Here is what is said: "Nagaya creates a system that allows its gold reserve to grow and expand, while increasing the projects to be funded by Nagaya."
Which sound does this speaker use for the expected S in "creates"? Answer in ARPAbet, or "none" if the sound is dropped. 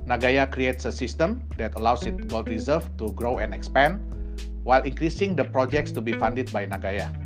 S